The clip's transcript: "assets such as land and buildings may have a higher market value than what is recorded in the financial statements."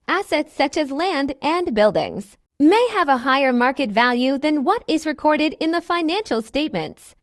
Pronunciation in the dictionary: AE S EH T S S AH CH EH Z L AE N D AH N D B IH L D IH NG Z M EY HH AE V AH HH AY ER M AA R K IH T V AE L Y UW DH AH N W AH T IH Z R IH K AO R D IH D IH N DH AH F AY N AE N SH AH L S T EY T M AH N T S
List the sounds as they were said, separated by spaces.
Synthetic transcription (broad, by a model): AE S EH T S S AH CH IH Z L AE N D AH N B IH L D IH NG Z M EY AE V AH HH AY ER M AA R K IH T V AE L Y UW DH AH N W AH T IH Z R IH K AO R D IH D IH N DH AH F AY N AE N SH L S T EY T M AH N T S